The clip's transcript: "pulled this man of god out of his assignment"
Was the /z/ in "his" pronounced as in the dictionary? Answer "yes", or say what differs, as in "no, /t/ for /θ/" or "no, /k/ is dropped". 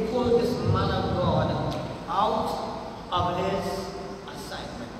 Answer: no, /s/ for /z/